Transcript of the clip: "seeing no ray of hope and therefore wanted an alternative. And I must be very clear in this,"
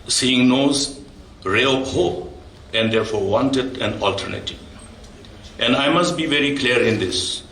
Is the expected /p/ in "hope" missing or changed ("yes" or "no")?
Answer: yes